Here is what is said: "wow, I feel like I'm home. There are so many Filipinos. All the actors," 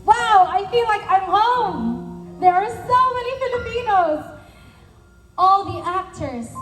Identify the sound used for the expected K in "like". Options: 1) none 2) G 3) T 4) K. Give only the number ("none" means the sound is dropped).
4